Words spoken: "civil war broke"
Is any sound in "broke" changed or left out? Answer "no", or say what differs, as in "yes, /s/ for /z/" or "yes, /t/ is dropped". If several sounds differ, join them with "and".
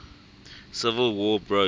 yes, /k/ is dropped